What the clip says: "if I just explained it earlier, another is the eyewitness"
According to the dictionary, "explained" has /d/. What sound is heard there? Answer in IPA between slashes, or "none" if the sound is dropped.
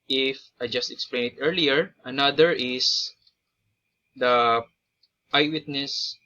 none